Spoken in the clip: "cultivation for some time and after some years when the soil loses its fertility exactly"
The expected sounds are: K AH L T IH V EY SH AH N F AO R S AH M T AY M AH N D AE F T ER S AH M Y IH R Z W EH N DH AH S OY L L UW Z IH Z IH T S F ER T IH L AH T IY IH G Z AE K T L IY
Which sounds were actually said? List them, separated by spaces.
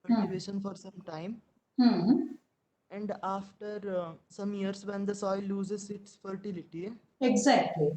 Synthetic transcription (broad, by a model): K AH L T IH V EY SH AH N F AO R S AH M T AY M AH N D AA F T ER S AH M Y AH R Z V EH N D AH S OY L L UW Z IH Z IH T S F ER T IH L AH T IY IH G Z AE K T L IY